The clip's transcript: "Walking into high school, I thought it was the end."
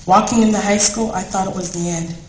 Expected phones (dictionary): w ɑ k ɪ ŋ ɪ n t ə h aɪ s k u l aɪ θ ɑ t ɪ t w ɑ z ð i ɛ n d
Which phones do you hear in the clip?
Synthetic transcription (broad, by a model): w ɑ k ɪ ŋ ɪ n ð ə h aɪ s k u l aɪ θ ɑ t ɪ t w ɑ z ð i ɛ n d